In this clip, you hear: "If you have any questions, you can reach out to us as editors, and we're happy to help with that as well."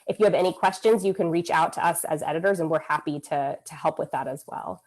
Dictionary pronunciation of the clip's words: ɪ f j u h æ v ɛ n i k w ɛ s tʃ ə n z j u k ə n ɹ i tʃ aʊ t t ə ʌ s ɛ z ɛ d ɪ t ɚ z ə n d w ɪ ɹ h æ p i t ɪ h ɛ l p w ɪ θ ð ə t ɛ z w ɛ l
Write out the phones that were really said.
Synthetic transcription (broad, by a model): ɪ f j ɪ v ɛ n i k w ɛ s tʃ ə n z j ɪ k ə n ɹ i tʃ aʊ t t ə ʌ s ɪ z ɛ d ɪ t ɚ z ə n w ɪ ɹ h æ p i t ɪ h ɛ l p w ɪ ð ə t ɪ z w ɛ l